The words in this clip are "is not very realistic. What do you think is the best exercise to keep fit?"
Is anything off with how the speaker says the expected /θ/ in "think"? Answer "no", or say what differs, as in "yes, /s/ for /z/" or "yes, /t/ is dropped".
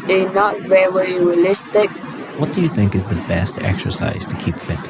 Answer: no